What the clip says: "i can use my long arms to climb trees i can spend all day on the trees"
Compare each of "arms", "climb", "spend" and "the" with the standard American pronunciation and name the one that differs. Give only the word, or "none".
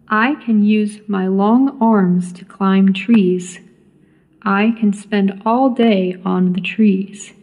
none